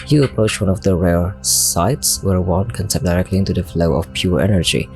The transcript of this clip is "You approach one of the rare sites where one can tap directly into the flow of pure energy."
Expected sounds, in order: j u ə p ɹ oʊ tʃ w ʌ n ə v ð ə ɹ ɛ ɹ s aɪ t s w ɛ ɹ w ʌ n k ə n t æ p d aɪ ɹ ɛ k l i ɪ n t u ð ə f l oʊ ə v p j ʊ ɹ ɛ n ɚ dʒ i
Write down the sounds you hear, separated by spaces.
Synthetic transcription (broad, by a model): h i ə p ɹ oʊ tʃ w ʌ n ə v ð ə ɹ ɛ ɹ s aɪ t s w ɛ ɹ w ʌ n k ə n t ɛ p d aɪ ɹ ɛ k l i ɪ n t u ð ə f l oʊ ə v p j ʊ ɹ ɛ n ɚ dʒ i